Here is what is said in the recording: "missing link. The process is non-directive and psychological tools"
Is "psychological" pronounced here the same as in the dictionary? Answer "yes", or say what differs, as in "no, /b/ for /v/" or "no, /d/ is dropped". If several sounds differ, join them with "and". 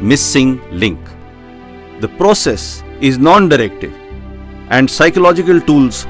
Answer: yes